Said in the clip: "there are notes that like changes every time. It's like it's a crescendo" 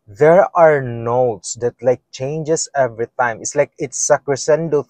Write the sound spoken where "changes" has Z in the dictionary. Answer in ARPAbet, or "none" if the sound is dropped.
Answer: S